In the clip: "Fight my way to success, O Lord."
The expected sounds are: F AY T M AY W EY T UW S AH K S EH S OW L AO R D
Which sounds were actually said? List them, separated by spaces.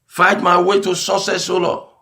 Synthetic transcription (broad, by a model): F AY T M AY W EY T UW S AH S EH S OW L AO